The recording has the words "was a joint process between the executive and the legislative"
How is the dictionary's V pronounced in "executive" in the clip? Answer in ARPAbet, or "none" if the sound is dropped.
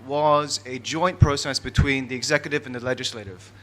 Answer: V